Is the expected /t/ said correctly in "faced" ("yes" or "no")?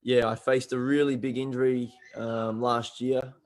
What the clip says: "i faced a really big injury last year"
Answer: yes